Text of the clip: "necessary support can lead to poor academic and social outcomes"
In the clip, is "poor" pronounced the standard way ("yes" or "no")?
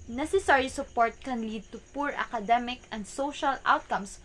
yes